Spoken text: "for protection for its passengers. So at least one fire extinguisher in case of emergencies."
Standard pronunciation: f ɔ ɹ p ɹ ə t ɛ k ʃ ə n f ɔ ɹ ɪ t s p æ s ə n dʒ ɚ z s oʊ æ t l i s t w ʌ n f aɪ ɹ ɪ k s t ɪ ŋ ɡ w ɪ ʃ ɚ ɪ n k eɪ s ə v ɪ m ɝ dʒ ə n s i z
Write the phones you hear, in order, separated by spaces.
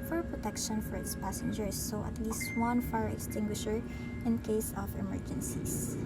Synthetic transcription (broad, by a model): f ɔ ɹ p ɹ ə t ɛ k ʃ ə n f ɔ ɹ ɪ t s p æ s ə n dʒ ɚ s oʊ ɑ t l i s t w ʌ n f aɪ ɹ ɪ k s t ɪ ŋ ɡ w ɪ ʃ ɚ ɪ n k eɪ s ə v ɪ m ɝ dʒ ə n s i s